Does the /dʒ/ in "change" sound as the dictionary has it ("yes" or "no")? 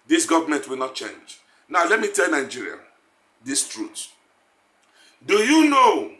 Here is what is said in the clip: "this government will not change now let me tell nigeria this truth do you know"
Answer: yes